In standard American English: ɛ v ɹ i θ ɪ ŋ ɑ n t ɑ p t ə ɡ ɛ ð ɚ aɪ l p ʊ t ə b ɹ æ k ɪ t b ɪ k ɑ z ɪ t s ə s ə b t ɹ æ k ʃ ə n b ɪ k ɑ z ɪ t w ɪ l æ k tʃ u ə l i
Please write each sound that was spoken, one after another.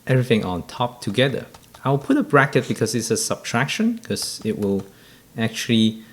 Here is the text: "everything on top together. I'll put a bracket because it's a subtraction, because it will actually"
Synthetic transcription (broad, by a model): ɛ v ɹ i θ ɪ ŋ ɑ n t ɑ p t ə ɡ ɛ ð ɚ aɪ w p ʊ t ə b ɹ æ k ɪ t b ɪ k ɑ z ɪ t s ə s ə b t ɹ æ k ʃ ə n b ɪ k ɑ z ɪ t w ɪ l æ k tʃ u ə l i